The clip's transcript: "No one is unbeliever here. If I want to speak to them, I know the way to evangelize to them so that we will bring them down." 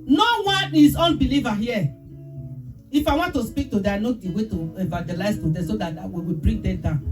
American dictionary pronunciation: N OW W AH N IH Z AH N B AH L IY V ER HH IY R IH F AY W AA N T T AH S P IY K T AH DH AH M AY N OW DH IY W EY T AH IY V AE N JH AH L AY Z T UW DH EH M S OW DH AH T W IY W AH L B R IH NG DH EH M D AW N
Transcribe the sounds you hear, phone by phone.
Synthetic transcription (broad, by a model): N OW W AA N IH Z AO N B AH L IY V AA HH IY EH IH F AY W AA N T T AH S P IY K T AH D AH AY N OW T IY W EY T AH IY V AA JH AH L AY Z T UW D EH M S OW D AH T W IY W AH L B R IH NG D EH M D AW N